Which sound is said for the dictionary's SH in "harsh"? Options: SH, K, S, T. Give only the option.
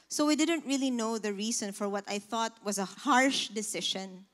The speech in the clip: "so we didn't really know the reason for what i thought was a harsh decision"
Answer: SH